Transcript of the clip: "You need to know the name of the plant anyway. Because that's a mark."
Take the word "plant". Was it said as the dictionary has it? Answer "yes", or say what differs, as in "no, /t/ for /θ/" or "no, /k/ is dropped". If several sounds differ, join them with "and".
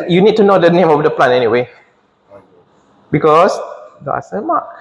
no, /t/ is dropped